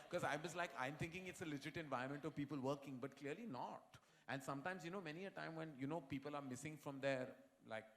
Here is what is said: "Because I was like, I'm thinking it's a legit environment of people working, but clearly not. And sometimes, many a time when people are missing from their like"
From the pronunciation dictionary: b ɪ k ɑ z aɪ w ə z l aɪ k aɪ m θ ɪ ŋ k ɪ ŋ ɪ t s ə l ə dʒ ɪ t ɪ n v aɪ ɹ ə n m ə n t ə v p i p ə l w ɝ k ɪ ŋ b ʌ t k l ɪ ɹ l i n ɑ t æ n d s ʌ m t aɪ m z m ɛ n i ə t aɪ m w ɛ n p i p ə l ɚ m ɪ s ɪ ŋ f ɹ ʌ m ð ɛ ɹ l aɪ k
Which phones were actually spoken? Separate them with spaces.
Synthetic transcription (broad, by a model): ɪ k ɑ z aɪ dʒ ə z l aɪ k aɪ m t ɪ ŋ k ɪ ŋ ɪ t s ə l ə dʒ ɪ t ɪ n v aɪ ə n m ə n t ə v p i p ə l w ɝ k ɪ ŋ b ʌ t k l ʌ ɹ l i n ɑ t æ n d s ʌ m t aɪ m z m ɛ n i ə t aɪ m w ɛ n p i p ə l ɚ m ɪ s ɪ ŋ f ɹ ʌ m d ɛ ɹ l aɪ k